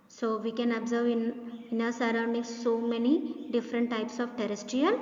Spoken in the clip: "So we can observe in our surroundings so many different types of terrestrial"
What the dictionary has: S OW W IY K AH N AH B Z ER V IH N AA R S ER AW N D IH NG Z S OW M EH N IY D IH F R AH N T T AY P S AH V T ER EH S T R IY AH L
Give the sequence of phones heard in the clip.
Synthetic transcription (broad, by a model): S OW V IY K AH N AH B Z ER V IH N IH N S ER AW N D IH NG S OW M EH N IY D IH F R AH N T T AY P S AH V T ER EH S T R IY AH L